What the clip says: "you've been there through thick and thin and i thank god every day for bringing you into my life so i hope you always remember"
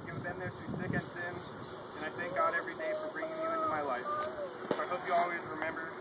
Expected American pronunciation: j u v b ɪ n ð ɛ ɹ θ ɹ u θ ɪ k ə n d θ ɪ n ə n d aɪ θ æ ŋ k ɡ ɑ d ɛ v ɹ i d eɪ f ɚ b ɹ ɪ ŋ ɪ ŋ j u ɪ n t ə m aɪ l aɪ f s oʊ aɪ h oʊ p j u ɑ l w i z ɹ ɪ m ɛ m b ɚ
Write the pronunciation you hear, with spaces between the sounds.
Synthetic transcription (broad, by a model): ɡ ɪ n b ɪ n ð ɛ ɹ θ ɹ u s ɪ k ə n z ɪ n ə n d aɪ θ æ ŋ k ɡ ɑ d ɛ v ɹ i d eɪ f ɚ b ɹ ɪ ŋ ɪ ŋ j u ɪ n t ə m aɪ l aɪ f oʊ aɪ h oʊ p j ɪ ɑ l w i z ɹ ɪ m ɛ m b ɚ